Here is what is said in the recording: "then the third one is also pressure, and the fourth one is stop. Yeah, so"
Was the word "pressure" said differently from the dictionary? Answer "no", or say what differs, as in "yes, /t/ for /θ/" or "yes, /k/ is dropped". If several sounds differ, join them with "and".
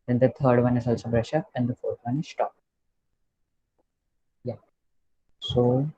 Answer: yes, /b/ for /p/